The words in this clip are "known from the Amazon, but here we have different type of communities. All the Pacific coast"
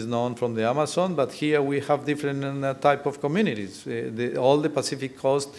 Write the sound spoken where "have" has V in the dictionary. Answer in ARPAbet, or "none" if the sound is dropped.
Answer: V